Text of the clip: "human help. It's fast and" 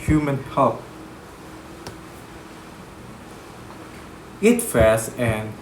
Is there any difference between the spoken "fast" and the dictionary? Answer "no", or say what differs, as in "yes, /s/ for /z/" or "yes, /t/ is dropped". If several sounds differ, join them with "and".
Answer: yes, /t/ is dropped